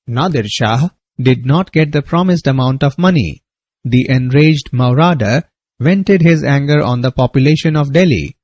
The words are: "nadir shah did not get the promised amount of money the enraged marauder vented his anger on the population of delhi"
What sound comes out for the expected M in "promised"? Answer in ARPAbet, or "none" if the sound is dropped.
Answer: M